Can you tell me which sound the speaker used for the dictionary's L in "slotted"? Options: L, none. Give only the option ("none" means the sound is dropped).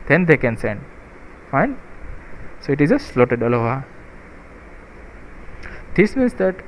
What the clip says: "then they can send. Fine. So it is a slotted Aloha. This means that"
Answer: L